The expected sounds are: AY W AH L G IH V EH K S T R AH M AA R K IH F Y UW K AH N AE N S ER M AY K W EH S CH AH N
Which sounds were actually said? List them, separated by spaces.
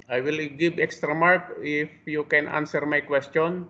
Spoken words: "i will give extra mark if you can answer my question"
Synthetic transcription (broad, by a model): AY W AH L G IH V EH K S T R AH M AA R K IH F Y UW K AH N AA N S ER M AY K W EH S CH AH N